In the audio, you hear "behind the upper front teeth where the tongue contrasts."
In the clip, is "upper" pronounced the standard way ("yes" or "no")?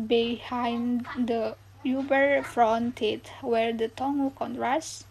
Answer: no